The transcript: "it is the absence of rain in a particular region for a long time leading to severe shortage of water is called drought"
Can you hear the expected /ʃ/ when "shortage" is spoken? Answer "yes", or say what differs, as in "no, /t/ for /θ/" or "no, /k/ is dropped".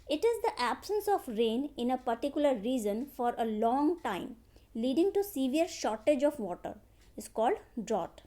yes